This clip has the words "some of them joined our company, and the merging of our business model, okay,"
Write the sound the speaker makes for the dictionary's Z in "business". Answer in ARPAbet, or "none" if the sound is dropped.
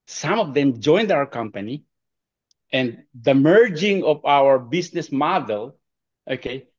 S